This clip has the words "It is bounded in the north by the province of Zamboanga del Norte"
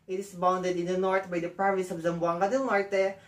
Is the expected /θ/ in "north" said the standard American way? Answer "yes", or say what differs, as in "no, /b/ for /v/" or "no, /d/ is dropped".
no, /t/ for /θ/